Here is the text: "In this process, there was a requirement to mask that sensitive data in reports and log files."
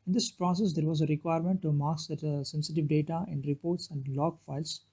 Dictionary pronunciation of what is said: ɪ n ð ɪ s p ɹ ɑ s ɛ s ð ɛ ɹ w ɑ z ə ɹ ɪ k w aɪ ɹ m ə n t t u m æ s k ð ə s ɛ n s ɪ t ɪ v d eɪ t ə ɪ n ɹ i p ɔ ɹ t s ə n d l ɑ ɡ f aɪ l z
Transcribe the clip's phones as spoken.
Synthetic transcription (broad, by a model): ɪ n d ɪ s p ɹ ɑ s ɛ s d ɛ ɹ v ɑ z ə ɹ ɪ k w aɪ ɹ m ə n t t u m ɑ k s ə s ɛ n s ɪ t ɪ v d eɪ t ə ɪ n ɹ i p ɔ ɹ t s ə n d l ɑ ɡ f aɪ l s